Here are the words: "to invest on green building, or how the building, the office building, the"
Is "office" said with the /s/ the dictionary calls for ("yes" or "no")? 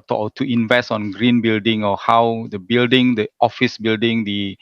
yes